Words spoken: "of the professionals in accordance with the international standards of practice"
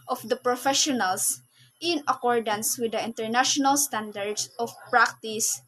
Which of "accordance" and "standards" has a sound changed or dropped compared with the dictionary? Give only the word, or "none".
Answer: standards